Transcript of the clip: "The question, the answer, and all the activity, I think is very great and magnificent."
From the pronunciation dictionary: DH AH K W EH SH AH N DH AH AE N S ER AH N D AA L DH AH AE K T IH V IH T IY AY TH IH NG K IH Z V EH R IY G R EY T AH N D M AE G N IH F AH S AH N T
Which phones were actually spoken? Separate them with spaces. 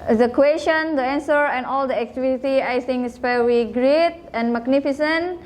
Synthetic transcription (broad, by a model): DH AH K W EH SH AH N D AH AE N S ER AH N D AA L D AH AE K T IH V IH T IY AY S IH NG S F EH W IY G R EY T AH N M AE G N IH F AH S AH N T